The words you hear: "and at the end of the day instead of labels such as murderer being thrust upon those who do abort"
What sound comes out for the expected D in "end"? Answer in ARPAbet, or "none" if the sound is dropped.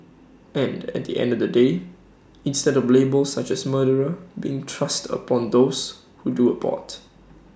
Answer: D